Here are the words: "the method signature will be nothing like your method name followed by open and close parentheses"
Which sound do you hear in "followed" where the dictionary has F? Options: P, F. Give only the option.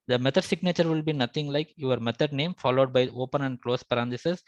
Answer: F